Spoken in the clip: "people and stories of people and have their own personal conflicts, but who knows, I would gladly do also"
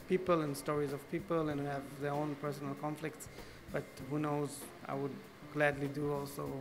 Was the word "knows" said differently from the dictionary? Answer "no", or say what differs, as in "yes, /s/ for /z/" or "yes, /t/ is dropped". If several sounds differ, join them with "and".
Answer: no